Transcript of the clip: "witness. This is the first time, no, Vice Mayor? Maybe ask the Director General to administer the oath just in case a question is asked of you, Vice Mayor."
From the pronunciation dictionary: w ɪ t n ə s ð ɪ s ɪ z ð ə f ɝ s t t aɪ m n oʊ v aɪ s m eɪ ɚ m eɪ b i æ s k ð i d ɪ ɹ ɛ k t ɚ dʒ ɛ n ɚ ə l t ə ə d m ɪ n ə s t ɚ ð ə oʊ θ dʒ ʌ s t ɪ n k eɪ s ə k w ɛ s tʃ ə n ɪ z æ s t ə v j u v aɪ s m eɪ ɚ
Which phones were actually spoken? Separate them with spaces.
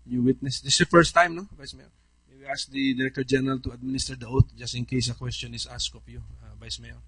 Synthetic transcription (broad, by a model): w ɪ t n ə s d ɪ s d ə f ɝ s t t aɪ m n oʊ v aɪ s m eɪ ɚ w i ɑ s k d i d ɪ ɹ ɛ k t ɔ dʒ ɛ n ɚ ə l t ə ə d m ɪ n ə s t ɚ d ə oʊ t dʒ ʌ s t ɪ n k eɪ s ə k w ɛ s tʃ ə n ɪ s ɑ s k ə p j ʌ v aɪ s m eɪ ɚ